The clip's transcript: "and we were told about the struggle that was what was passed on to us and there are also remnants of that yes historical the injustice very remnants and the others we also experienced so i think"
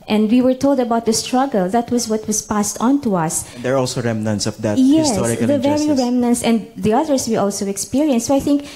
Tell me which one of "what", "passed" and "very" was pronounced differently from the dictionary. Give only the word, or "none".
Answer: none